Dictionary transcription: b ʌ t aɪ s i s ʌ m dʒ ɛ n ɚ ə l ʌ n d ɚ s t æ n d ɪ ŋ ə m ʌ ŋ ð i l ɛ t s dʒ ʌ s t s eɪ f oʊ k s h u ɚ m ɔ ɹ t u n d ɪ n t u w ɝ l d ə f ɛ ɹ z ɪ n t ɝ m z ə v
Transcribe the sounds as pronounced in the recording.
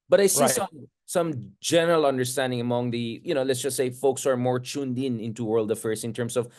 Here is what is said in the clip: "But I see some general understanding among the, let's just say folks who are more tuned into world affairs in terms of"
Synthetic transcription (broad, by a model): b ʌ t aɪ s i s ʌ m dʒ ɛ n ɚ ə l ʌ n d ɚ s t æ n d ɪ ŋ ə m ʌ ŋ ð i l ɛ t s dʒ ʌ s t s eɪ f oʊ k s ɚ m ɔ ɹ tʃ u n d ɪ n t u w ɝ l d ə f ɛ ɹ s ɪ n t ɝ m s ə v